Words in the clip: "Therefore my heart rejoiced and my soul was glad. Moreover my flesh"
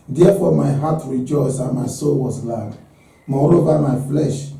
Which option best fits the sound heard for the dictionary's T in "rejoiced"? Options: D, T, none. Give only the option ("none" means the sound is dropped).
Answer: none